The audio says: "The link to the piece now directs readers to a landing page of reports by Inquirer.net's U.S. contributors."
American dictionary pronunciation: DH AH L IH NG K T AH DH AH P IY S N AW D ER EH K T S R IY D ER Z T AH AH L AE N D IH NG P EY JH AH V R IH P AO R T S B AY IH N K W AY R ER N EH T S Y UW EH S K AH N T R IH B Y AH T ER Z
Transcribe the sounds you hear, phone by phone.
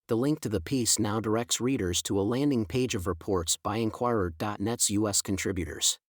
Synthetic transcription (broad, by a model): DH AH L IH NG K T AH DH AH P IY S N AW D ER EH K T S R IY D ER Z T AH AH L AE N D IH NG P EY JH AH V R IH P AO R T S B AY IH N K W AY R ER N EH T S Y UW EH S K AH N T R IH B Y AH T ER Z